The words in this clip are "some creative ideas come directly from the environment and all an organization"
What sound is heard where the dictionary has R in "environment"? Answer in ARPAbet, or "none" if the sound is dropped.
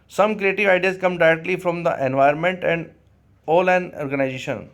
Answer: none